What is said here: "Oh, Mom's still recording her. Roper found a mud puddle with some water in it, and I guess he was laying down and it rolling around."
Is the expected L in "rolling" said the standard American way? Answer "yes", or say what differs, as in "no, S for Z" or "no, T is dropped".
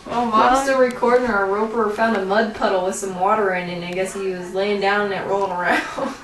no, L is dropped